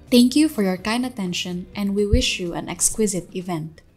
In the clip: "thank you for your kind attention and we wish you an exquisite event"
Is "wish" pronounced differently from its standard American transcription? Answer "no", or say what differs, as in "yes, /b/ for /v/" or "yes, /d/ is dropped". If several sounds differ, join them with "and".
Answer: no